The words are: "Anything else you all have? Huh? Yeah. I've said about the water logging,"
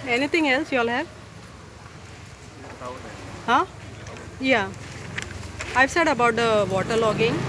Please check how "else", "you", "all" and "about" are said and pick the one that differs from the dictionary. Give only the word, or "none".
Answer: none